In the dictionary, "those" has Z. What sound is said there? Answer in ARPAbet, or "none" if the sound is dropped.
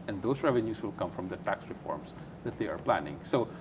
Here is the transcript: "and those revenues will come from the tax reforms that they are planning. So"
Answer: S